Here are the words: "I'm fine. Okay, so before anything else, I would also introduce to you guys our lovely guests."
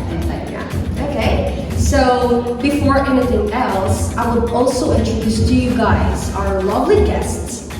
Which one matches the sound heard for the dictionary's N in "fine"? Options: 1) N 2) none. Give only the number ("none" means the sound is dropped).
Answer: 2